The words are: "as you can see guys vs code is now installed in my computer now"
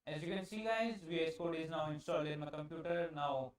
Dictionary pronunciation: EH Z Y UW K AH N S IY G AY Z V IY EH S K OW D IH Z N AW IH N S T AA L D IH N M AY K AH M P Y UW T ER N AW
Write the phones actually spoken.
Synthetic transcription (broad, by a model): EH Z Y UW K AH N S IY G AY Z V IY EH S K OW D IH Z N AW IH N S T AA L IH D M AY K AH M P Y UW T ER N AW